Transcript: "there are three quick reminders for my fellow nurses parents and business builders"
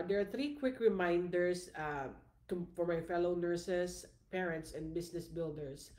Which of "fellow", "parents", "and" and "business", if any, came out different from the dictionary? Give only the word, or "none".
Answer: business